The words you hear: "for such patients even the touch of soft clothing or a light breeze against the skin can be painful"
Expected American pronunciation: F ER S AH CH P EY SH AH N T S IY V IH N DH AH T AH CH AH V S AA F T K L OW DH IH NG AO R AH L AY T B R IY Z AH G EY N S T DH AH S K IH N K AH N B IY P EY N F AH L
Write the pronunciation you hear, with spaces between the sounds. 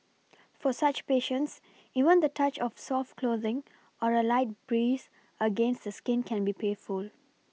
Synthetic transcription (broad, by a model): F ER S AH CH P EY SH AH N T S IY V IH N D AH T AH CH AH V S AA F T K L OW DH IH NG AO R AH L AY T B R IY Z AH G EY N S T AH S K IH N K AH N B IY P EY F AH L